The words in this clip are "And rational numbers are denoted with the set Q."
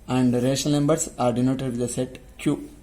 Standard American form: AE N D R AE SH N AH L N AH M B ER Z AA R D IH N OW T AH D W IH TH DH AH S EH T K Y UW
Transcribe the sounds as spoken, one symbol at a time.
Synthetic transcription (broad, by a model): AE N D R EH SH AH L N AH M B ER S AA R D IH N OW T AH D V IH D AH S EH T K Y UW